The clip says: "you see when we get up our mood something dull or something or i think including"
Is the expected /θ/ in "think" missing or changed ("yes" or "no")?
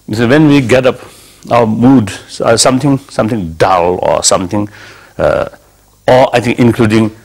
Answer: yes